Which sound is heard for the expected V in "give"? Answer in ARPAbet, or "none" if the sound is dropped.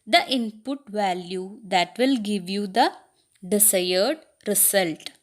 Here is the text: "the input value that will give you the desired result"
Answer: V